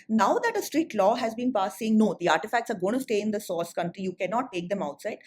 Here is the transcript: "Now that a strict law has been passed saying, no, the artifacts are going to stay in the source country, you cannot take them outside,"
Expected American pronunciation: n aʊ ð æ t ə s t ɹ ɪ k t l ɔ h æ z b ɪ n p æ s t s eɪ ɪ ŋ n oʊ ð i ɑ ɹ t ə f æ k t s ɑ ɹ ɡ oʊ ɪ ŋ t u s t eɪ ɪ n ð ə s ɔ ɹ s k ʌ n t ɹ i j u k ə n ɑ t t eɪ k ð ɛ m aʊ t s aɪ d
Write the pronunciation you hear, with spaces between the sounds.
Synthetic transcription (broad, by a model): n aʊ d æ t ə s t ɹ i t l ɔ h æ z b ɪ n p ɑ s s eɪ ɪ ŋ n oʊ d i ɑ ɹ t ə f æ k t s ɑ ɹ ɡ oʊ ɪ t u s t eɪ ɪ n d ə s ɔ s k ʌ n t ɹ i j u k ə n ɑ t t eɪ k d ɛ m aʊ t s aɪ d